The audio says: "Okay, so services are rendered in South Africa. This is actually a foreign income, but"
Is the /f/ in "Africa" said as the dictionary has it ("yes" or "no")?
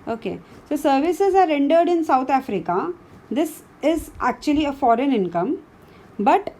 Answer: yes